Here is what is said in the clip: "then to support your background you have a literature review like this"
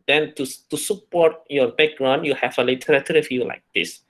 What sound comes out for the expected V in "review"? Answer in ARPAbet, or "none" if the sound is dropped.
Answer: F